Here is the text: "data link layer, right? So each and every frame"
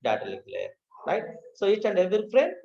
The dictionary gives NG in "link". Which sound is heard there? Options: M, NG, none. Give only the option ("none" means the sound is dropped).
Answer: none